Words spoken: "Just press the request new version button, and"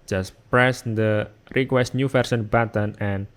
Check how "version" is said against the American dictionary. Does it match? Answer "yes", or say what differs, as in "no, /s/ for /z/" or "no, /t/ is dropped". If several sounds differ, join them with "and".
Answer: no, /s/ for /ʒ/